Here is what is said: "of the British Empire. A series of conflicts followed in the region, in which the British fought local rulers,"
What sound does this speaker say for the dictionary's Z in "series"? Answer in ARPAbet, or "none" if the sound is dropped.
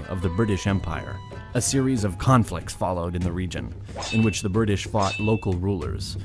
Z